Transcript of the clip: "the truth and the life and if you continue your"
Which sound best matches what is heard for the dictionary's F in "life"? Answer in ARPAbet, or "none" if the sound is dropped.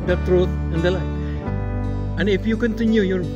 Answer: none